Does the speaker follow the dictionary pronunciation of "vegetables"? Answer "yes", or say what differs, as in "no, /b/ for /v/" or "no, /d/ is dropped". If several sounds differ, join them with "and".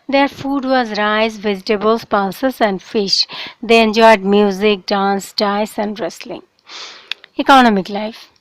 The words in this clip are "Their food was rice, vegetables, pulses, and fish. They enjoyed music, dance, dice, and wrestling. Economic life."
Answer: no, /z/ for /dʒ/ and /s/ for /z/